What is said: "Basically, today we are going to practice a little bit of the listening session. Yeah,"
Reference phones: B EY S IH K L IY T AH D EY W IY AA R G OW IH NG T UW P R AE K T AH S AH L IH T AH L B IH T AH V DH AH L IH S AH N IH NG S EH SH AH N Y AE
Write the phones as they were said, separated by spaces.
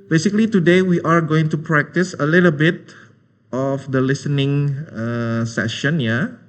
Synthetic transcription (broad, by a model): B EY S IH K L IY T AH D EY W IY AA R G OW IH NG T UW P R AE K T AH S AH L IH T AH L B IH T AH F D AH L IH S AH N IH NG S EH SH AH N Y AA